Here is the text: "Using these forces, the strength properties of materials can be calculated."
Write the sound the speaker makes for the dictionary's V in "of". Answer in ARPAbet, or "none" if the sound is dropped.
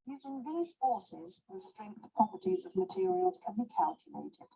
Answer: V